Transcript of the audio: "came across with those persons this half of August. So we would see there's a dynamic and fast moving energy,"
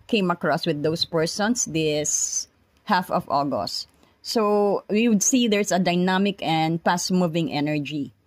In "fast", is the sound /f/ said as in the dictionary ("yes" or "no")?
no